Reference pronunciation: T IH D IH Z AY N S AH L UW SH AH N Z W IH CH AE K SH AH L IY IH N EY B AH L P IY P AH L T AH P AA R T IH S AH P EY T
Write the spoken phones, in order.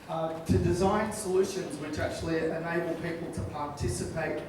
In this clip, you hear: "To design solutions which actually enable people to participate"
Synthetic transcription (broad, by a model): T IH D IH Z AY N S AH L UW SH AH N Z W IH CH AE K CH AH L IY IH N EY B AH L P IY P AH L T AH P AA R T IH S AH P EY T